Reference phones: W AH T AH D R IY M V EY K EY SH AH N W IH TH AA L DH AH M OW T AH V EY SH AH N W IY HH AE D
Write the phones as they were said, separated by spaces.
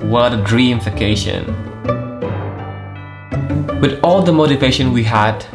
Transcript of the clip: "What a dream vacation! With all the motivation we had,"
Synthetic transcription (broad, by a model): W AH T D R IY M F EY K EY SH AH N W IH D AA L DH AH M OW T AH V EY SH AH N W IY HH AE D